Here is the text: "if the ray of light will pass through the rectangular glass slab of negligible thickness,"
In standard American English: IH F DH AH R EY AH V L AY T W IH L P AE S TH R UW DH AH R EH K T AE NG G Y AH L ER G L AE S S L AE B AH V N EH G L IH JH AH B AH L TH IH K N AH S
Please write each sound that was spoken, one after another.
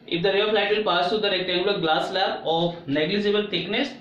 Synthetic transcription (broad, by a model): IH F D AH R EY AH F L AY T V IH L P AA S T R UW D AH R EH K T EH G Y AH L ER G L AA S S L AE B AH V N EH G L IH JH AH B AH L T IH K N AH S